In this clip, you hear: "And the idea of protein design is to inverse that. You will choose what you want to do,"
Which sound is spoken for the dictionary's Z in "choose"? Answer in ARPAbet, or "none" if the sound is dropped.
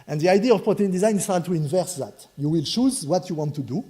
Z